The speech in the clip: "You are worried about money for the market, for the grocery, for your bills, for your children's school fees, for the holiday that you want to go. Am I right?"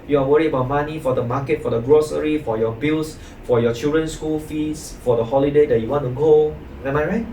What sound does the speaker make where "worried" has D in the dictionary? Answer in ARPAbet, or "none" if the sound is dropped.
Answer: none